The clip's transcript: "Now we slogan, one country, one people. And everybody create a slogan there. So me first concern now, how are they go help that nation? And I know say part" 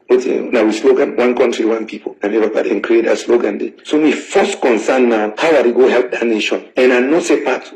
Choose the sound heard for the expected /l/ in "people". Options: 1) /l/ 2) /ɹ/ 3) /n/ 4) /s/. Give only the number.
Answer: 3